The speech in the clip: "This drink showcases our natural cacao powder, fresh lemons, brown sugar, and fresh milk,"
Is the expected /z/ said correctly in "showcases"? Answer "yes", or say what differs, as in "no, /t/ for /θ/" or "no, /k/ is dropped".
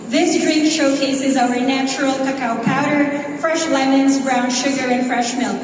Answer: yes